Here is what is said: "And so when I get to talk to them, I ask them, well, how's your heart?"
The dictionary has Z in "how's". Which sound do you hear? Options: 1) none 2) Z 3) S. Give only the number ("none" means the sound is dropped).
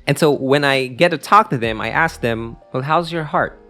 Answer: 2